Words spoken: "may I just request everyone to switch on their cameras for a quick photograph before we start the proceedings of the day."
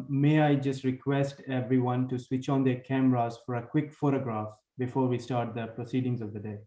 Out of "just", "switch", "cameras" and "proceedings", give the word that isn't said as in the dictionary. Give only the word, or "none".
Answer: none